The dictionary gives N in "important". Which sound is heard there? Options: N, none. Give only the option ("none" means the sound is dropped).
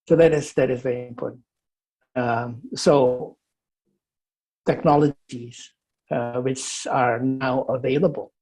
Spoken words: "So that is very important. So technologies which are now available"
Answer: none